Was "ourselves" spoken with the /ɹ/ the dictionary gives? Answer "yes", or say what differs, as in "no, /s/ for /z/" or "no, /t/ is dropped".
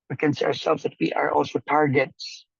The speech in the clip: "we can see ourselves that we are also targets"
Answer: yes